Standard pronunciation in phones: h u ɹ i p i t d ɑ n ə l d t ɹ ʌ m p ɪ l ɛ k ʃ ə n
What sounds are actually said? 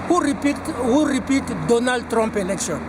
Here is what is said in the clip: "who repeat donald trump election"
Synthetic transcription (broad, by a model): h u ɹ i p i t d ɑ n ə l d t ɹ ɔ m p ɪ l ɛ k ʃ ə n